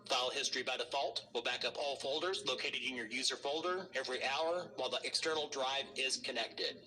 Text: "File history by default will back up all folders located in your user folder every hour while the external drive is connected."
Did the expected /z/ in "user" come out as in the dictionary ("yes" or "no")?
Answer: yes